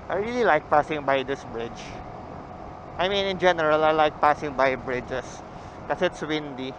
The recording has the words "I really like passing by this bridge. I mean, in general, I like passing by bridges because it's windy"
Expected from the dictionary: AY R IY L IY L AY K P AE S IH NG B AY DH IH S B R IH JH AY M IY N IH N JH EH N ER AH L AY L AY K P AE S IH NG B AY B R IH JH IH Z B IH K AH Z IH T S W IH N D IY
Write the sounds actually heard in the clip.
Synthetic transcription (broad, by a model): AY R IY L IY L AY K P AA S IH NG B AY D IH S B R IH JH AY M IY N IH N JH EH N ER AH L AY L AY K P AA S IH NG B AY B R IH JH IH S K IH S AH IH T S W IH N D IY